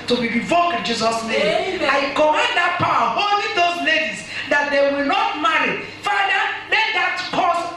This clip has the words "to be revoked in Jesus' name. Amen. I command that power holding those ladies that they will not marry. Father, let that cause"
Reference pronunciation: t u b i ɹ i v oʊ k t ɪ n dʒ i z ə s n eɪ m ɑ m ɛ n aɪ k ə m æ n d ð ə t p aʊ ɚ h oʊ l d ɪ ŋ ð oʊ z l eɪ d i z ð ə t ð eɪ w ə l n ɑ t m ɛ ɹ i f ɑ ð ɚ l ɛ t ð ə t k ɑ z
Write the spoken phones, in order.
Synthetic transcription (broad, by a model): t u b i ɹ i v oʊ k ɪ n dʒ i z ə s n eɪ m ɑ ɪ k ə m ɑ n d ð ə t p aʊ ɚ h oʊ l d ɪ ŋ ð oʊ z l eɪ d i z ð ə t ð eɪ w ə l n ɑ t m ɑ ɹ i f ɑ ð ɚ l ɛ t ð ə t k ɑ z